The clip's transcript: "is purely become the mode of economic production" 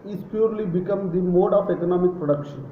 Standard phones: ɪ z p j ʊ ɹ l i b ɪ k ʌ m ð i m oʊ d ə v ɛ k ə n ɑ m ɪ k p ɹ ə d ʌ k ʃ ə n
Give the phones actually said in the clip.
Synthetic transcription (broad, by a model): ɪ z p j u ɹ l i b ɪ k ʌ m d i m oʊ d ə p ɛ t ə n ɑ m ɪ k p ɹ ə d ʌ k ʃ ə n